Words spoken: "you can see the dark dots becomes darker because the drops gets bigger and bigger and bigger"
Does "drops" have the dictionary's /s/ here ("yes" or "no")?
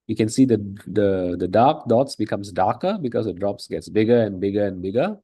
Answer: yes